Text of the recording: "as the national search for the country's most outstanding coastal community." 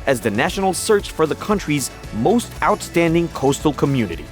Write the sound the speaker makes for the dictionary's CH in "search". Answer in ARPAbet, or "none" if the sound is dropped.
CH